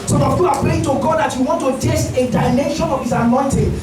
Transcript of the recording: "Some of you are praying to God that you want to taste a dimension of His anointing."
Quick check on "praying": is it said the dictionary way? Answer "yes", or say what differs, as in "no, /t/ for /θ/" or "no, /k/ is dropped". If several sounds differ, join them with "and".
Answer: no, /l/ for /ɹ/